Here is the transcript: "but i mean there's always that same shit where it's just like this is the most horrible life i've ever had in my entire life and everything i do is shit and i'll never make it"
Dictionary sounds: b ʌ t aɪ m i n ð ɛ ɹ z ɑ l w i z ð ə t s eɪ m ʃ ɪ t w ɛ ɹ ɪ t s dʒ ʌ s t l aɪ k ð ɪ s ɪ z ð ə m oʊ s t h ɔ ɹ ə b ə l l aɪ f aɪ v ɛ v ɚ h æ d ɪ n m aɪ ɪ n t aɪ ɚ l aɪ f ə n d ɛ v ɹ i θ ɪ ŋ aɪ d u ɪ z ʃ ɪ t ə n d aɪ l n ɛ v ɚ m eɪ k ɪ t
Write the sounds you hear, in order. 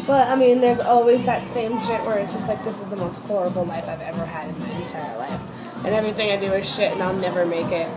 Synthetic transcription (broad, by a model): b ʌ t aɪ m i n ð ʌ ɹ z ɑ l w i z ð ə t s eɪ m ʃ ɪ t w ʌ ɹ ɪ t s dʒ ʌ s t l aɪ k ð ɪ s ɪ z ð ə m oʊ s t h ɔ ɹ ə b l l aɪ f aɪ v ɛ v ɚ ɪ d ɪ n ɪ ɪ t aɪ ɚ l aɪ f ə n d ɛ v ɹ i θ ɪ ŋ aɪ d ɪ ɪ ʃ ɪ t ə n aɪ l n ɛ v ɚ m eɪ k ɪ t